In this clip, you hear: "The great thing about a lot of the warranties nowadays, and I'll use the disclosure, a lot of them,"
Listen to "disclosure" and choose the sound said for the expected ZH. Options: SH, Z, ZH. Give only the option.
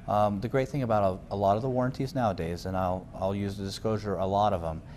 ZH